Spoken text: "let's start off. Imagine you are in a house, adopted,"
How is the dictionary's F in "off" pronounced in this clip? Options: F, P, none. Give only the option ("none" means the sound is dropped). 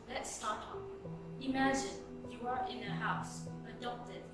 P